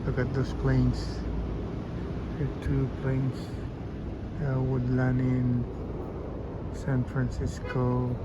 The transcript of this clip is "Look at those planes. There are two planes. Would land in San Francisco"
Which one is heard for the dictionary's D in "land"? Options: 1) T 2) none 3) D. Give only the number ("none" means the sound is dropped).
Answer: 2